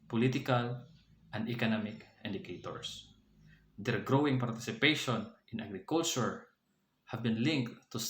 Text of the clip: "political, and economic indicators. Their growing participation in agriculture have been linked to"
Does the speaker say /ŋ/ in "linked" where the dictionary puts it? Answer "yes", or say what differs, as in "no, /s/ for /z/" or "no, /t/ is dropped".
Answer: yes